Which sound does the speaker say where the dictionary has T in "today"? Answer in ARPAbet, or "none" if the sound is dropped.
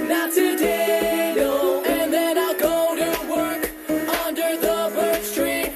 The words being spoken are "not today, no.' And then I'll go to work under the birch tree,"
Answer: S